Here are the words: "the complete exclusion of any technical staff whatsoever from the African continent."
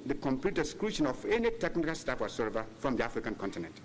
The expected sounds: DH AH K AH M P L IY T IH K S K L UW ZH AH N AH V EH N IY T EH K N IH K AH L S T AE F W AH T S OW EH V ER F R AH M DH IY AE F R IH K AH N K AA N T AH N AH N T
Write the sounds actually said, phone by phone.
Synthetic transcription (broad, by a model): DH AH K AH M P L IY T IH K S K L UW SH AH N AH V EH N IY T EH K N IH K AH L S T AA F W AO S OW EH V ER F R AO M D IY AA F R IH K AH N K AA N T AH N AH N T